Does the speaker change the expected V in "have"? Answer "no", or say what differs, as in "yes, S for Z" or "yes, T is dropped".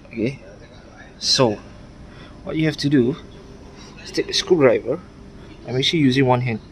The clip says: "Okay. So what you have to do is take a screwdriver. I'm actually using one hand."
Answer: yes, F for V